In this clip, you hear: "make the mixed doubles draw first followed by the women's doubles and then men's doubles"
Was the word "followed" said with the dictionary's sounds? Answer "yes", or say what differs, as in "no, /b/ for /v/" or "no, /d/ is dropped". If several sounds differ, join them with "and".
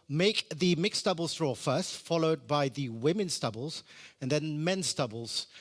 yes